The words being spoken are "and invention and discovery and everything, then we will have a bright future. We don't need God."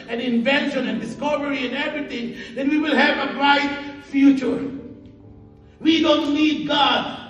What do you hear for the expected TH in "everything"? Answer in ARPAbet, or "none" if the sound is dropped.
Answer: T